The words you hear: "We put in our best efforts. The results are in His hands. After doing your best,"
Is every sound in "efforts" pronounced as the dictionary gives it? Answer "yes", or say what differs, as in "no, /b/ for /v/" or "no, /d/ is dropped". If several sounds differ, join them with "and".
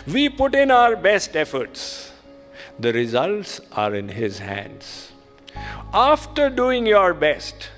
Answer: yes